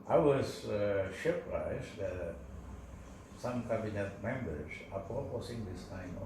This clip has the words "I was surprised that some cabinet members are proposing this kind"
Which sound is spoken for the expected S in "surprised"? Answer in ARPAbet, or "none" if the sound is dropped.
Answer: SH